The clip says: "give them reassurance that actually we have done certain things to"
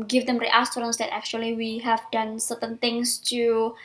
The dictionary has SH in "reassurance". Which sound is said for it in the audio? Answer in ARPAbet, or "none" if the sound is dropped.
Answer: S